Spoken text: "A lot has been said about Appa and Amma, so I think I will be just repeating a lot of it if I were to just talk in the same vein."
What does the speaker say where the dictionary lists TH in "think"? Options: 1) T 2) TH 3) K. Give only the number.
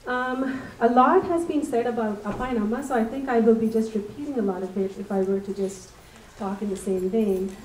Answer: 2